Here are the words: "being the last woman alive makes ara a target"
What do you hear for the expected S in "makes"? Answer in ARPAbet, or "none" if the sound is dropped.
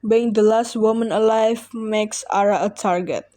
S